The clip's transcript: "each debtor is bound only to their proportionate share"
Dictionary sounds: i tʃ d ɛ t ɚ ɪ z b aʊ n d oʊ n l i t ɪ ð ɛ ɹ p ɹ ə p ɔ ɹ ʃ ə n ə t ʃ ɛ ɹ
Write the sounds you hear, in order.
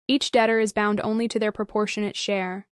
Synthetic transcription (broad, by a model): i tʃ d ɛ t ɚ ɪ z b aʊ n d oʊ n l i t ɪ ð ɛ ɹ p ɹ ə p ɔ ɹ ʃ ə n ə t ʃ ɛ ɹ